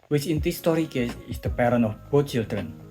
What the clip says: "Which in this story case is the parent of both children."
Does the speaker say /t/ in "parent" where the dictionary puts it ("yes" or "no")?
no